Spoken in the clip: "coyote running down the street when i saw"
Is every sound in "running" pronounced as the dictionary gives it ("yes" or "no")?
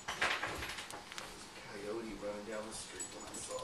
no